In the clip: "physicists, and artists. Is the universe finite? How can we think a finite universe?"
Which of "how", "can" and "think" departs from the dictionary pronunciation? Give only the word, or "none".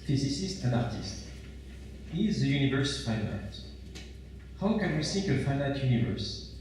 think